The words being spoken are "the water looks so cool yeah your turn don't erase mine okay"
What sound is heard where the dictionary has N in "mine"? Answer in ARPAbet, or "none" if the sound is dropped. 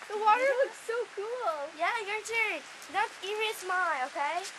L